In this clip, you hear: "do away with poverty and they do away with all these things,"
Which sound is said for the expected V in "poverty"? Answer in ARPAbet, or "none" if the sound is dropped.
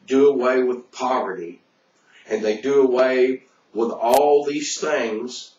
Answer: V